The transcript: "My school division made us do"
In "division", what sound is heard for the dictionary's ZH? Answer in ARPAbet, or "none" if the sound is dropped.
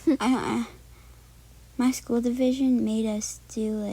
ZH